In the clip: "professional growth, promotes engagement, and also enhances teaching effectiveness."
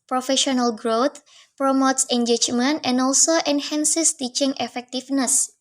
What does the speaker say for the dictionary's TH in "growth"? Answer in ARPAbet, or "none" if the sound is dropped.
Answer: T